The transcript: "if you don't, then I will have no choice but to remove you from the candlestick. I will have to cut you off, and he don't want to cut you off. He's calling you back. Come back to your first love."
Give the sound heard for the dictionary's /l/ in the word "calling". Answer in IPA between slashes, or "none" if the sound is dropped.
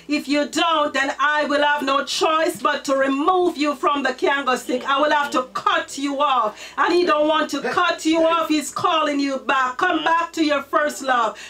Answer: /l/